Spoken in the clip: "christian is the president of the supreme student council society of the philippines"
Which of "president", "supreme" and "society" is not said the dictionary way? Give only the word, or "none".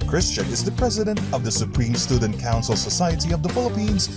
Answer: none